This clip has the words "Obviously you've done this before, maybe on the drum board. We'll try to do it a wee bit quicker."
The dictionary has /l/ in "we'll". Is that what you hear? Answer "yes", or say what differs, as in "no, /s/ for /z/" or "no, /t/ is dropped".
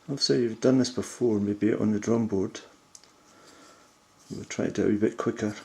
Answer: no, /w/ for /l/